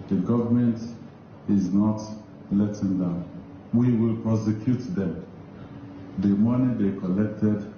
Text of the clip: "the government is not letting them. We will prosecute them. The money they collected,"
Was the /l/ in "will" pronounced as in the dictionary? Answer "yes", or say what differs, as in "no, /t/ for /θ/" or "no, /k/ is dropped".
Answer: yes